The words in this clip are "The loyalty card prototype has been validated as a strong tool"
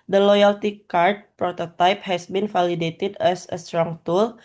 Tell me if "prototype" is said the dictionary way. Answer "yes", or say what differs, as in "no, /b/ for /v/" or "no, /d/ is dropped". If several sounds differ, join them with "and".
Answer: yes